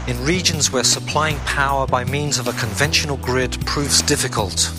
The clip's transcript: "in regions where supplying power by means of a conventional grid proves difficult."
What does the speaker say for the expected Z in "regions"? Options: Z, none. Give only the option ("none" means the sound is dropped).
Z